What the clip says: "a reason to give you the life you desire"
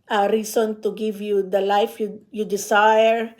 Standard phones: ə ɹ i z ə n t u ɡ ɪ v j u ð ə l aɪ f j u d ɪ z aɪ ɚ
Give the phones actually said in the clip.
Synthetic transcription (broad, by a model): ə ɹ i s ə n t u ɡ ɪ v j u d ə l aɪ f j u d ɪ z aɪ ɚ